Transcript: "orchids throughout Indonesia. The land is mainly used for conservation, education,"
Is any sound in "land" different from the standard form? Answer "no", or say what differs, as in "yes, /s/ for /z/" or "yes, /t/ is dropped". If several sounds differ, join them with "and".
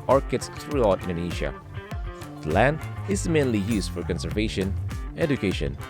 no